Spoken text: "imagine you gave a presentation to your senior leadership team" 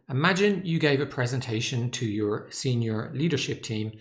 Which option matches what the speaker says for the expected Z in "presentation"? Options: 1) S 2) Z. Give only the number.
2